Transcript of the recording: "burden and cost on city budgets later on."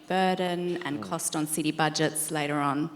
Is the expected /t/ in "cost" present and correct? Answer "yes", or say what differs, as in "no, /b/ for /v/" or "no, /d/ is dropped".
yes